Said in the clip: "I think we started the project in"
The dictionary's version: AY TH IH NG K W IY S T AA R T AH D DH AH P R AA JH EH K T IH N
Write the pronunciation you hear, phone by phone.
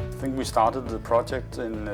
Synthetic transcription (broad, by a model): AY TH IH NG K W IY S T AA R T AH D DH AH P R AA JH EH K T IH N